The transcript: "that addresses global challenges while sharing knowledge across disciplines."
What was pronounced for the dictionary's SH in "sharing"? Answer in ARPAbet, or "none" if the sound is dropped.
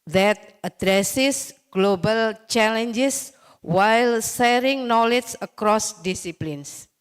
S